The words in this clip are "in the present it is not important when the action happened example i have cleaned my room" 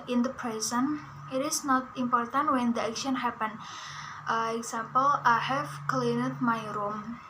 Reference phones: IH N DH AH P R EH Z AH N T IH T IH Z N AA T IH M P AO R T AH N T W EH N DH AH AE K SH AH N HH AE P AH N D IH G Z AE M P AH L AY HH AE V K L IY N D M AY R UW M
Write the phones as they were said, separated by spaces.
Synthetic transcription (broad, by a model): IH N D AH P R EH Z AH N IH T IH S N AA T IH M P AO R T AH N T W EH N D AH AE K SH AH N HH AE P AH N IH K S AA M P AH L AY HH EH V K L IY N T M AY R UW M